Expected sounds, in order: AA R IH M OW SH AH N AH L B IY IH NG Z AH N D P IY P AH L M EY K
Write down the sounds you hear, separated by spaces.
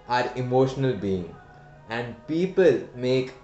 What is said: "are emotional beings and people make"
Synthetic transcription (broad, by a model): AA R IH M OW SH AH N AH L B IY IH NG AH N D P IY P AH L M EY K